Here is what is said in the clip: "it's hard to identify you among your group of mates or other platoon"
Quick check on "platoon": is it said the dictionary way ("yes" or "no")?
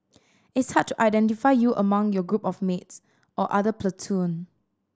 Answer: yes